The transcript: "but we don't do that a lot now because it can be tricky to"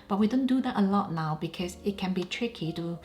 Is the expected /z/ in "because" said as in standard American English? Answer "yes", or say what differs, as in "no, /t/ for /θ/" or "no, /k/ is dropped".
no, /s/ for /z/